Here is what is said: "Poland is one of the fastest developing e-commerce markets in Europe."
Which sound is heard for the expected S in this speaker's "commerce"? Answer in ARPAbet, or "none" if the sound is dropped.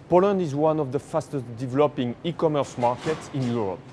S